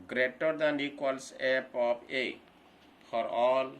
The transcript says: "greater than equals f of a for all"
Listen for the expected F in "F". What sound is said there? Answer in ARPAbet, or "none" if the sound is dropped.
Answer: P